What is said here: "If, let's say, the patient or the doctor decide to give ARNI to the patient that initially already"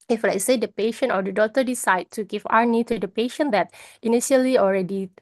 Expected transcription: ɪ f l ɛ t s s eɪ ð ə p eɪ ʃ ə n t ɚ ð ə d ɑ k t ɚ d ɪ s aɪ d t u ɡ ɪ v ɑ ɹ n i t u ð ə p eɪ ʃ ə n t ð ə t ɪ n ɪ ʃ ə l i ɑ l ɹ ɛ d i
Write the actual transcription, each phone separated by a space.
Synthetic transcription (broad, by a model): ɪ f l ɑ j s s eɪ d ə p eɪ ʃ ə n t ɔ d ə d ɑ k t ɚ d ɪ s aɪ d t u ɡ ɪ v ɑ w n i t u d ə p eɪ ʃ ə n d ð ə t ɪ n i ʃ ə l i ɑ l ɹ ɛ d i